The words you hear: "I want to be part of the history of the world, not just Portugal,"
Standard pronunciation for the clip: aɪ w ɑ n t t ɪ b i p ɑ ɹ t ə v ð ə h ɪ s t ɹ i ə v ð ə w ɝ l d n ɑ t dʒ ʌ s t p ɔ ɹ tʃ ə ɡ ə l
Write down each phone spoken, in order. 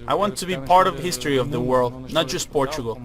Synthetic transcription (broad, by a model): aɪ w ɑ n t t ɪ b i p ɑ ɹ t ə v h ɪ s t ɹ i ə v ð ə w ɝ l d n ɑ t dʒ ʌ s t p ɔ ɹ tʃ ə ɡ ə l